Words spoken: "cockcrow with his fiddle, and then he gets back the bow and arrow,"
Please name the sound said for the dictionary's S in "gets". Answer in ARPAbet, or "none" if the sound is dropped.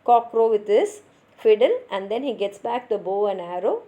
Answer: S